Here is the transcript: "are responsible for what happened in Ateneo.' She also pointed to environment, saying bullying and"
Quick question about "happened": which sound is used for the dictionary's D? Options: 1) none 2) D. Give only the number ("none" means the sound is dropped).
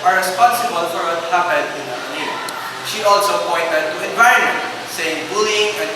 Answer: 1